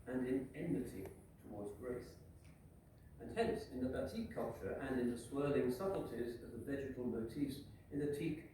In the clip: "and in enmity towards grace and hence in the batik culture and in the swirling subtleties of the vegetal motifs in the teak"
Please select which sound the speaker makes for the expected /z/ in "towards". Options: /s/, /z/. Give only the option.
/z/